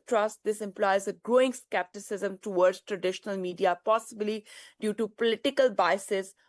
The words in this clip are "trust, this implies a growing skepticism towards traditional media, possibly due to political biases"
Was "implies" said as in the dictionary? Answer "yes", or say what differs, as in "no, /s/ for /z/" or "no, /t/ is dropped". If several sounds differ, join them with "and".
yes